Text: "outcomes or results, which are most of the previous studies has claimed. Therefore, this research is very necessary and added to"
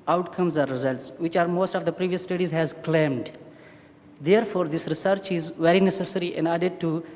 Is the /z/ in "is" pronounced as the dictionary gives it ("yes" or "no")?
yes